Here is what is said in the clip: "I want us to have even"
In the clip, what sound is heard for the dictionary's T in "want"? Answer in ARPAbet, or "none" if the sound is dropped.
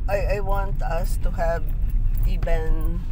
T